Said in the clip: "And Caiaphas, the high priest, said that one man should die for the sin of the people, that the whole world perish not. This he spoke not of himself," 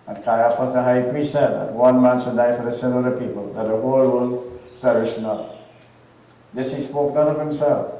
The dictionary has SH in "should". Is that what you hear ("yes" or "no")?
no